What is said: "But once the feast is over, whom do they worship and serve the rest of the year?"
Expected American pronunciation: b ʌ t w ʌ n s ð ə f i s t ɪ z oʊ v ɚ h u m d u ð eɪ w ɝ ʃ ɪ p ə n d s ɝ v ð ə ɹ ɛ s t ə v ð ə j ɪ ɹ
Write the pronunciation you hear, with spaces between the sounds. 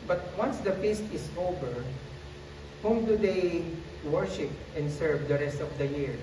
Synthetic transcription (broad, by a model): b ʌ t w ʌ n s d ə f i s t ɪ s oʊ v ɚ h u m d u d eɪ w ɝ ʃ ɪ p ə n d s ɝ v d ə ɹ ɛ s t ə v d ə j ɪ ɹ